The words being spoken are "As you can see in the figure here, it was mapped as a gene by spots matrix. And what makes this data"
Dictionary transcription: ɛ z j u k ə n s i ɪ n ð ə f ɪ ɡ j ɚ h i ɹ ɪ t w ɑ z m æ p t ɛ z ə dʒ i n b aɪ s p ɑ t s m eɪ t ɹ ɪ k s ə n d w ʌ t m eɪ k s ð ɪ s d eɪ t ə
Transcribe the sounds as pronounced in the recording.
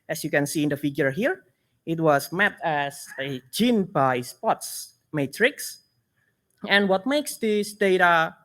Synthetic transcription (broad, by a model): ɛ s j u k ə n s i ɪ n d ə f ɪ ɡ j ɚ h i ɹ ɪ t w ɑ s m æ t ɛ s ə dʒ i n b aɪ s p ɑ t s m eɪ t ɹ ɪ k s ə n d w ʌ t m eɪ k s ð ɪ s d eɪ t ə